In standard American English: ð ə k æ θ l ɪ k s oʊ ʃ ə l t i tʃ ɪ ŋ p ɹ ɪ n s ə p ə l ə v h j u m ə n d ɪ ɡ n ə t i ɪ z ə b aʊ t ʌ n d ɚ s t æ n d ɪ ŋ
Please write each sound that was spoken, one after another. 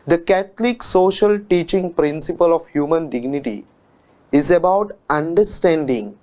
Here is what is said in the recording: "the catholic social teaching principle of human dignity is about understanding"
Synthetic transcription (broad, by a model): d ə k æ t l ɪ k s oʊ ʃ ə l t i tʃ ɪ ŋ p ɹ ɪ n s ə p ə l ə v h j u m ə n d ɪ ɡ n ə t i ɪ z ə b aʊ t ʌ n d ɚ s t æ n d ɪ ŋ